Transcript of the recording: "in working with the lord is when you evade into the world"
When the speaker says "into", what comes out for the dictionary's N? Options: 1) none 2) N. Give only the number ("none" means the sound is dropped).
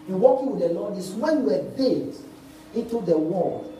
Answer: 2